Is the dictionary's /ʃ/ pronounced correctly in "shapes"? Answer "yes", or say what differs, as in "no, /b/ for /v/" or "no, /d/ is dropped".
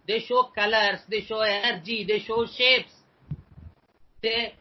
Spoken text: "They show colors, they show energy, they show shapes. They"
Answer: yes